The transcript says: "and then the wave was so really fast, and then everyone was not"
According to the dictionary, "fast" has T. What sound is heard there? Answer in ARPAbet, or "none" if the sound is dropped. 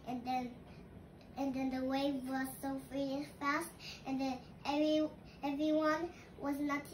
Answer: T